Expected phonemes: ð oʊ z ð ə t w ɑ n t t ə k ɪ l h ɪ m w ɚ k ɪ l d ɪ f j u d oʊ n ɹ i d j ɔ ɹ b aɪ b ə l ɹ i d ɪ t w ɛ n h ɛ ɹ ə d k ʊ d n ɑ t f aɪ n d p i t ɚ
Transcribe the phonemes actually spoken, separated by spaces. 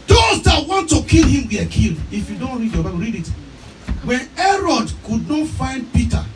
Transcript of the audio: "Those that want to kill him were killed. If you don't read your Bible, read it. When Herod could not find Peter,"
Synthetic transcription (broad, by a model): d oʊ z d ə t w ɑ n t t ə k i l h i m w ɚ k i l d ɪ f j u d oʊ n ɹ i d j ɔ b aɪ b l ɹ i d ɪ t w ɛ n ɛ ɹ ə d k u d n ɑ t f aɪ n d p i t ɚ